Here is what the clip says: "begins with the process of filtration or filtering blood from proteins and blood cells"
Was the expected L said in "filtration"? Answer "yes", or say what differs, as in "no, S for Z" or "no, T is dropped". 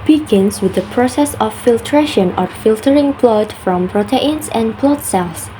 yes